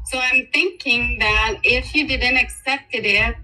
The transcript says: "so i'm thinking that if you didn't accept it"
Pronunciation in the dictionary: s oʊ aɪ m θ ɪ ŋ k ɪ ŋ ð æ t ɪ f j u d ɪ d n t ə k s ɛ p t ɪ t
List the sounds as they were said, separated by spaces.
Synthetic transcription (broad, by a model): s oʊ aɪ m θ ɪ ŋ k ɪ ŋ ð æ t ɪ f j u d ɪ d n t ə k s ɛ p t ɪ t